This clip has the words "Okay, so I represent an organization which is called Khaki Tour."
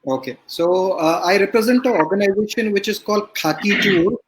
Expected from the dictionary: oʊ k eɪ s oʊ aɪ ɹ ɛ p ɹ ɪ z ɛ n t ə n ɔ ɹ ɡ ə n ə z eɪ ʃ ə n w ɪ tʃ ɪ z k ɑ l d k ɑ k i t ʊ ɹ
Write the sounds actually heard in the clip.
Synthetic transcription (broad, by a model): oʊ k eɪ s oʊ aɪ ɹ ɛ p ɹ ɪ z ɛ n t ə ɔ ɹ ɡ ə n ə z eɪ ʃ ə n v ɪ tʃ ɪ z k ɑ l d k ɑ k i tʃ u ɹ